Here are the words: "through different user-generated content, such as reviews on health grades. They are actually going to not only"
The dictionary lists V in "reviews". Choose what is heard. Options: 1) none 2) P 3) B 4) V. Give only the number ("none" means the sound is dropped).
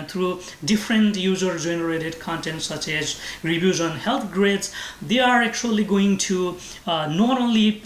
3